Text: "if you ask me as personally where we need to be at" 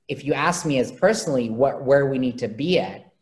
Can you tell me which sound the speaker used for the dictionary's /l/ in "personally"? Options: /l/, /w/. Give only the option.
/w/